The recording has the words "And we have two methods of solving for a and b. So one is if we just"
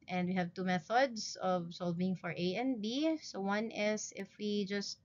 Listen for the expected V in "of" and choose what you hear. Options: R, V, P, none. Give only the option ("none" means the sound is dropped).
V